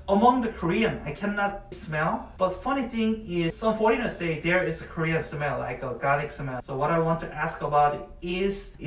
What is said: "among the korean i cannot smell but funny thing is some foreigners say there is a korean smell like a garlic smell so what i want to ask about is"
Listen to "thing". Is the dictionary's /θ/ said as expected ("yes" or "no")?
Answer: yes